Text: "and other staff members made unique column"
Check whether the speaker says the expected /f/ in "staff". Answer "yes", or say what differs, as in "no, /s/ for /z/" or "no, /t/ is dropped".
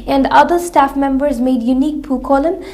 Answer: yes